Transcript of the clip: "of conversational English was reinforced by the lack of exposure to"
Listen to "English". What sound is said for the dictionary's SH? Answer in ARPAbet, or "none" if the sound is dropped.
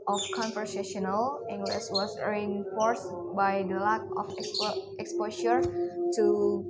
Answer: S